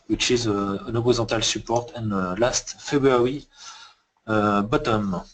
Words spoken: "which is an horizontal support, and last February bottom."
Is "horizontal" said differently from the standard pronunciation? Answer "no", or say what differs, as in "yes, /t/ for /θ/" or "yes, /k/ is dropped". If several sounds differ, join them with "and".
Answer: yes, /n/ is dropped